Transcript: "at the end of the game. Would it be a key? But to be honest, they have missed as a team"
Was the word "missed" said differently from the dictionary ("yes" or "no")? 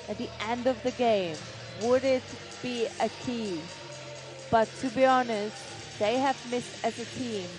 no